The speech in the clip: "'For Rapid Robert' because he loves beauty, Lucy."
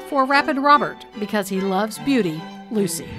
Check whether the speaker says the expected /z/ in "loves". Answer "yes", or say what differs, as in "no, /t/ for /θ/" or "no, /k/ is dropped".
yes